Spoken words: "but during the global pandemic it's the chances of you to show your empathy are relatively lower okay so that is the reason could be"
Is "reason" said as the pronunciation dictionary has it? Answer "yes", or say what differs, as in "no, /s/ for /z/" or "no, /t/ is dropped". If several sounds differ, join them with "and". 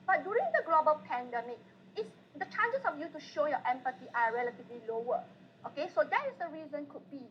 yes